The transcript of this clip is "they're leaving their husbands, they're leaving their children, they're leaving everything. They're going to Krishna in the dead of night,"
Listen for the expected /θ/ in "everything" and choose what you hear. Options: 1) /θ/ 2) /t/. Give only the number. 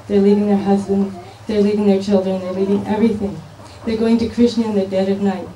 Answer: 1